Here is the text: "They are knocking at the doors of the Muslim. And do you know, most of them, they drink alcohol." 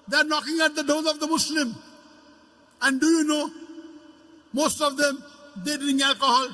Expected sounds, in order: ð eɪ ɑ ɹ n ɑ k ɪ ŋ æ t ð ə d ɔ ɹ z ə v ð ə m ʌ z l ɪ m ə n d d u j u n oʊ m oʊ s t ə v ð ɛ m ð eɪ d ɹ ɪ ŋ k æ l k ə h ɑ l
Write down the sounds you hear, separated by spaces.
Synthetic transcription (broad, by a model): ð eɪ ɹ n ɑ k ɪ ŋ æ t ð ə d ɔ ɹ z ə v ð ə m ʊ s l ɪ m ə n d d u j u n oʊ m oʊ s t ə v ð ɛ m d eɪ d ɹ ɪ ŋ æ l k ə h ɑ l